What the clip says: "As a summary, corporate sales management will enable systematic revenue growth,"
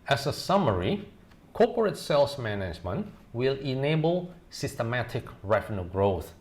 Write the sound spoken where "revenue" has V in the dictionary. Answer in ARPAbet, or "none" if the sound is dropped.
F